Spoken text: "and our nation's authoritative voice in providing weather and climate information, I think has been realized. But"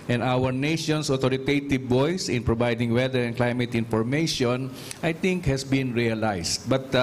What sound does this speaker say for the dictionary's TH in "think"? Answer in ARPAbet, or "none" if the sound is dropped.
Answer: T